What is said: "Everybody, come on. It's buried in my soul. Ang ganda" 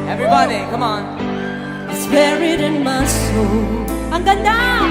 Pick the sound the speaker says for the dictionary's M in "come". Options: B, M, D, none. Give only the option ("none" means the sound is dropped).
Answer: M